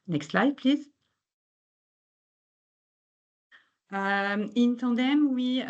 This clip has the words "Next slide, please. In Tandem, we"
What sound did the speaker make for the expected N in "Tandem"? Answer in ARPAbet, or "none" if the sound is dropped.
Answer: none